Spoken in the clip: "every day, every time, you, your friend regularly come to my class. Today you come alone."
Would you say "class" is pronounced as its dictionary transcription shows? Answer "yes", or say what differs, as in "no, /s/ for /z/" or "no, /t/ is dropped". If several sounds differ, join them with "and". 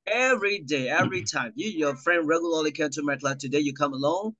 no, /s/ is dropped